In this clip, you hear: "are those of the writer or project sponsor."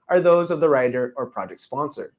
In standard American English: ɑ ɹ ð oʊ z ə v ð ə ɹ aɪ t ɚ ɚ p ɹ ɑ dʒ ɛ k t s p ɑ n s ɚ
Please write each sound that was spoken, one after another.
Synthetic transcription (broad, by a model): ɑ ɹ ð oʊ z ə v ð ə ɹ aɪ t ɚ ɚ p ɹ ɑ dʒ ɛ k t s p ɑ n s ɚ